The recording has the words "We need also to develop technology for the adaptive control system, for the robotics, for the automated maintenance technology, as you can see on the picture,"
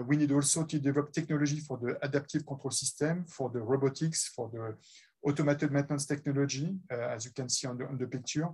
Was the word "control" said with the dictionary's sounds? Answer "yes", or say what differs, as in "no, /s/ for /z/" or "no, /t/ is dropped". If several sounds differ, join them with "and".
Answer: no, /n/ is dropped